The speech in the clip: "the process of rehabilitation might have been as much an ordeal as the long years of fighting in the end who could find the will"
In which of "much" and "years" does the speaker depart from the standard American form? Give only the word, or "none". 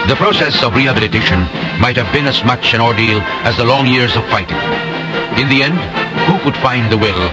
none